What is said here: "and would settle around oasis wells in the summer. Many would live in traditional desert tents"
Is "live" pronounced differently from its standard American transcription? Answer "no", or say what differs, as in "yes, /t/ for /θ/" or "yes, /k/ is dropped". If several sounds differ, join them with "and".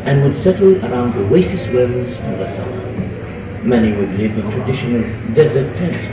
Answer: yes, /w/ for /v/